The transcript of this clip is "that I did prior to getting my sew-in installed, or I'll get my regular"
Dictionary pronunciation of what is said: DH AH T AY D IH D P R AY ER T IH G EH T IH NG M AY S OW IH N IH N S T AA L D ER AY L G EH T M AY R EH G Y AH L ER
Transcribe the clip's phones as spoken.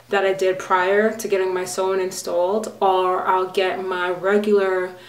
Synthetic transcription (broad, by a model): DH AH T AY D IH D P R AY ER T IH G EH T IH NG M AY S OW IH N IH N S T AA L D ER AY L G EH T M AY R EH G Y L ER